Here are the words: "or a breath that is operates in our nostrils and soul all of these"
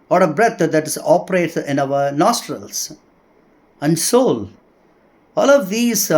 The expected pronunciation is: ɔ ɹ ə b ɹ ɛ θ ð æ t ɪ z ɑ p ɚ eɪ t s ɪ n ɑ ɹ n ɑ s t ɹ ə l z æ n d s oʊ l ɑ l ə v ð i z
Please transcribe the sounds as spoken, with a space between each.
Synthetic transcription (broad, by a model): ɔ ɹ ə b ɹ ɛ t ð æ t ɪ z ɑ p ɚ eɪ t ɪ n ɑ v n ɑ s t ɹ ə l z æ n d s oʊ l ɑ l ə v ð i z